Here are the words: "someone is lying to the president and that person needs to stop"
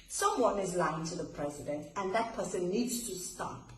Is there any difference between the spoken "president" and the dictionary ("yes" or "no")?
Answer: no